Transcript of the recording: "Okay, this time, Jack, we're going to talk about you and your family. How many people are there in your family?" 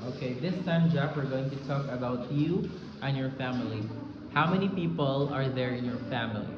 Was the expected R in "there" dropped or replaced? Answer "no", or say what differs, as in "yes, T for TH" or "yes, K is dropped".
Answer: no